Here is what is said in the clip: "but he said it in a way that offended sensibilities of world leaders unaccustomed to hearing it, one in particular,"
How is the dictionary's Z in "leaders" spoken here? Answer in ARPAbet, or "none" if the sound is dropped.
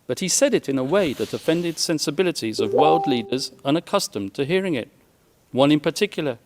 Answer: Z